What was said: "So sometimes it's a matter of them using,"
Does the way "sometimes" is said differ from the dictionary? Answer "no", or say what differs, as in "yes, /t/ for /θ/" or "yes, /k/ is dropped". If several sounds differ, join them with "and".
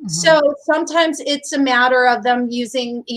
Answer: no